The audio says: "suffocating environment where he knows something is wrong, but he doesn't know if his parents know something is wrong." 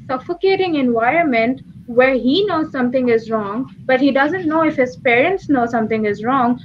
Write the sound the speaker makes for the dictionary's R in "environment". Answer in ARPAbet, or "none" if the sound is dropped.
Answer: R